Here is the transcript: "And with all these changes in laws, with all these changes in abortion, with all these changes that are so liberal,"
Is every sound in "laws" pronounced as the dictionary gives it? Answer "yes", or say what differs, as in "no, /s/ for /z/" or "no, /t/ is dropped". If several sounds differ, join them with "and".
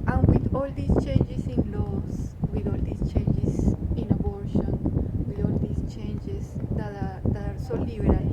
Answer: no, /s/ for /z/